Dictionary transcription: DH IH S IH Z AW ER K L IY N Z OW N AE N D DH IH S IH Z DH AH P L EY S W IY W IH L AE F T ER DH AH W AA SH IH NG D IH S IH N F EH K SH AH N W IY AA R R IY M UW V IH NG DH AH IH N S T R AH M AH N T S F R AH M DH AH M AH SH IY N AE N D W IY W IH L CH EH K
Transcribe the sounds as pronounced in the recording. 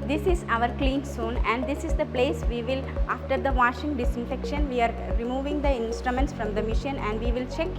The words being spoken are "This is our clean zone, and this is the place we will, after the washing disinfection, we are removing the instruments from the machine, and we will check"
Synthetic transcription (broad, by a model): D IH S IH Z AW ER K L IY N S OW N AE N D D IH S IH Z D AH P L EY S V IY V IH L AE F T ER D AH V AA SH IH NG D IH S IH N F EH K SH AH N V IY AA R R IY M UW V IH NG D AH IH N S T R AH M AH N T S F R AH M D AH M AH SH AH N AE N D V IY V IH L CH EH K